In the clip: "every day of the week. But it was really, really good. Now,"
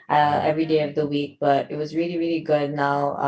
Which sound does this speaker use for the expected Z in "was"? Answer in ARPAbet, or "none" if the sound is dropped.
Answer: Z